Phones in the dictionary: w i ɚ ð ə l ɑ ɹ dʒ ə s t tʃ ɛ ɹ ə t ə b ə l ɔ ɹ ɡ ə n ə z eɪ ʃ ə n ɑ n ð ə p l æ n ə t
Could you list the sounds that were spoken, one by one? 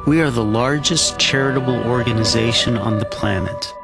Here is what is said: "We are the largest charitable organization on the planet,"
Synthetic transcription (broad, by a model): w i ɚ ð ə l ɑ ɹ dʒ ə s tʃ ɛ ɹ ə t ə b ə l ɔ ɹ ɡ ə n ə z eɪ ʃ ə n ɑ n ð ə p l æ n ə t